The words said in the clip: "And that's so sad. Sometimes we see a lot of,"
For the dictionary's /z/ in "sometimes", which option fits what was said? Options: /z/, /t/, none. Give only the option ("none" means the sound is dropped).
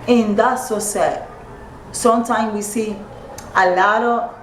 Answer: none